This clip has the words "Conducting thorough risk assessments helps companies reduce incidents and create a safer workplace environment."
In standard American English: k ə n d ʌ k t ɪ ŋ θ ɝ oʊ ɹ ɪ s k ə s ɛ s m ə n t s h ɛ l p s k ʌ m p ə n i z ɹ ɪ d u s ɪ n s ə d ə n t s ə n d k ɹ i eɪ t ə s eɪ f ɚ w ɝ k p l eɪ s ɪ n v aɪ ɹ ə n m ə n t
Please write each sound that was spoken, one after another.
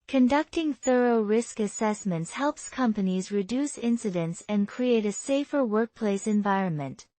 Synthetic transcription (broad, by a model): k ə n d ʌ k t ɪ ŋ θ ɝ oʊ ɹ ɪ s k ə s ɛ s m ə n t s h ɛ l p s k ʌ m p ə n i z ɹ ɪ d u s ɪ n s ə d ə n t s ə n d k ɹ i eɪ t ə s eɪ f ɚ w ɝ k p l eɪ s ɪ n v aɪ ɹ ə n m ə n t